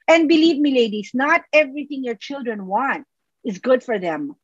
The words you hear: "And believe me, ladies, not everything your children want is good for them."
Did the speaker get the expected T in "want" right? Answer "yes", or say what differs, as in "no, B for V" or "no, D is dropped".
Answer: yes